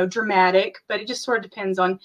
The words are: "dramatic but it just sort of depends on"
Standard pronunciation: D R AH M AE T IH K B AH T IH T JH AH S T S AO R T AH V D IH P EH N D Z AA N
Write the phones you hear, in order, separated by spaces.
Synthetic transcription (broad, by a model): D R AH M AE T IH K B AH T IH T JH AH S T S AO R T AH V D IH P EH N D Z N